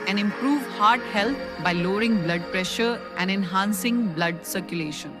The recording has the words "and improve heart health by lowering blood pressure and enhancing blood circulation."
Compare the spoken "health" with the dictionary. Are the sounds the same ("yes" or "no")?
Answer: no